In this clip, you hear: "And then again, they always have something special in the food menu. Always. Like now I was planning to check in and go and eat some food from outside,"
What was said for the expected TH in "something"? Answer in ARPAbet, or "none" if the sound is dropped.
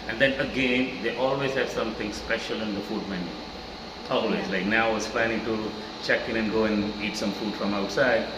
T